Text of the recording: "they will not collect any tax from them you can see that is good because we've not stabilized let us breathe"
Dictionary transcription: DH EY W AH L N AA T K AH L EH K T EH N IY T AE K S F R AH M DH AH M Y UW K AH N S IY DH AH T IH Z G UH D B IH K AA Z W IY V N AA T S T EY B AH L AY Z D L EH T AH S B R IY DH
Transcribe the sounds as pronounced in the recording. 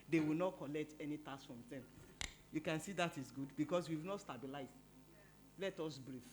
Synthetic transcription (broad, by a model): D EY W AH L N AA T K AH L EH K T EH N IY T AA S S F R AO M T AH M Y UW K AH N S IY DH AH T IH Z G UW D B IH K AA S W IY V N AA T S T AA B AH L AY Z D L EH T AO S B R IY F